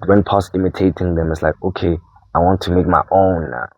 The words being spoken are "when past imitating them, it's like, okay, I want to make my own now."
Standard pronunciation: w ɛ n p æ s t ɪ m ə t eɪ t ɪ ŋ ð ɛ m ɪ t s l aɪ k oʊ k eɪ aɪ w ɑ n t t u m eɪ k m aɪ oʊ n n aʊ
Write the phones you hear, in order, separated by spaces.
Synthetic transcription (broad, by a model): w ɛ n p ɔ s ɪ m ə t eɪ t ɪ ŋ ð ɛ m ɪ t s l aɪ k oʊ k eɪ aɪ w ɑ n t t u m eɪ k m aɪ oʊ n n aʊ